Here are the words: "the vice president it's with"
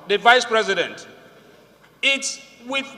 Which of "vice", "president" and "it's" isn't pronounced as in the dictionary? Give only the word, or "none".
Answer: none